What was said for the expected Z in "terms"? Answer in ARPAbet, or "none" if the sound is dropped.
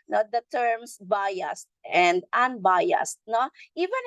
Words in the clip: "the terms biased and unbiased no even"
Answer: S